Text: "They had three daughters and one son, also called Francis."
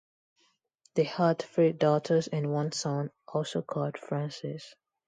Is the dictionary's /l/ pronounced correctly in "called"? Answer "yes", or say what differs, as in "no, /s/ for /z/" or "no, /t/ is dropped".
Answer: yes